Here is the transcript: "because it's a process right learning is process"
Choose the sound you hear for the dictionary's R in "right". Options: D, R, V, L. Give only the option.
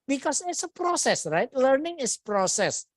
R